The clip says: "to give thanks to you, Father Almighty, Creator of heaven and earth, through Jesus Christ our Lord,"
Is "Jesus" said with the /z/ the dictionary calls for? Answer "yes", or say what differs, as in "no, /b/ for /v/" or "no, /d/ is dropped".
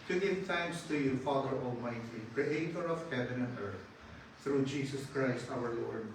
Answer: no, /s/ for /z/